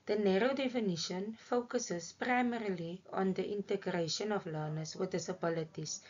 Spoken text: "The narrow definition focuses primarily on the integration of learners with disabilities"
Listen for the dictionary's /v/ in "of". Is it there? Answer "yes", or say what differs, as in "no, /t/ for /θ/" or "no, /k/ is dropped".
no, /f/ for /v/